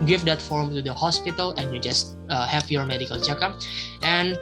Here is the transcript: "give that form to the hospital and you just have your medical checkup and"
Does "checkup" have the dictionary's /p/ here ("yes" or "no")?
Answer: no